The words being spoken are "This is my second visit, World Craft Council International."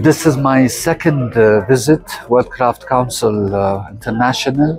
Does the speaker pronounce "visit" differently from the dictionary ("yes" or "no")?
no